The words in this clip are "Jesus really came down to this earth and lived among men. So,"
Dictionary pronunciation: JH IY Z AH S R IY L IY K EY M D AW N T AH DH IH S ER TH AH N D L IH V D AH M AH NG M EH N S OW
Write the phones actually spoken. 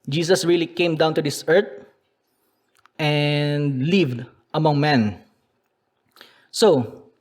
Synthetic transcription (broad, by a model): JH IY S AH S R IY L IY K EY M D AW N T AH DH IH S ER T AH N D L IH V D AH M AH NG M EH N S OW